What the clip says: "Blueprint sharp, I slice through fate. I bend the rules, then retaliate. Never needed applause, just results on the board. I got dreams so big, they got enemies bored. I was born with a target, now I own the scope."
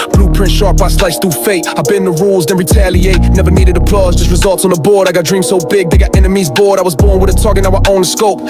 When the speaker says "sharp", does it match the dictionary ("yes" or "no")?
no